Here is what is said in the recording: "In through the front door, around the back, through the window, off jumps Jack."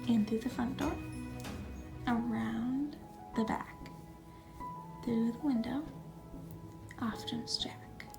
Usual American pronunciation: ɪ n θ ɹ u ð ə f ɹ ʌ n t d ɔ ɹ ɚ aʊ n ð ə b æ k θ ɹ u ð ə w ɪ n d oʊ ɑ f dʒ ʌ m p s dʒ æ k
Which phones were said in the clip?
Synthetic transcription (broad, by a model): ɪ n t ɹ ð ə f ɹ ʌ n d ɔ ɹ ɚ aʊ n ð ə b æ k θ ɹ u ð ə w ɪ n d oʊ ɑ f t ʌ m s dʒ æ k